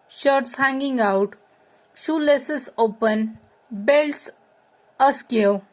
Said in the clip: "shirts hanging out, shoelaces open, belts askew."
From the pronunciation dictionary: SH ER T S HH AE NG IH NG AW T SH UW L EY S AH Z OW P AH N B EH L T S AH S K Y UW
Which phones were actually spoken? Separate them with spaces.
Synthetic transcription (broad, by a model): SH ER T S HH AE NG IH NG AW T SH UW L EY S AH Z OW P AH N B EH L T S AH S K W